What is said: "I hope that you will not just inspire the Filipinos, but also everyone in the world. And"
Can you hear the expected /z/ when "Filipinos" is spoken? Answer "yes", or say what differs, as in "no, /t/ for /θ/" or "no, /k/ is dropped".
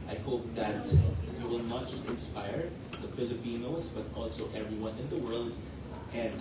no, /s/ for /z/